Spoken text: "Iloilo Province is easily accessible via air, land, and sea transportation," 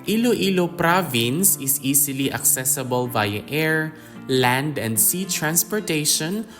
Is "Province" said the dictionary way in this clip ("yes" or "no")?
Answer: yes